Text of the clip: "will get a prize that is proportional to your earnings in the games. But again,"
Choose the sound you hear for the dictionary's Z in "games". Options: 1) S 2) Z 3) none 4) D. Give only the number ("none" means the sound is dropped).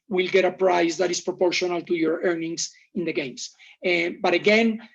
1